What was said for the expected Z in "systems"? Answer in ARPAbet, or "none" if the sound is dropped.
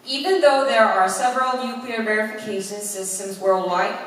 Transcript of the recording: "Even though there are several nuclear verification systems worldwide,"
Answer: Z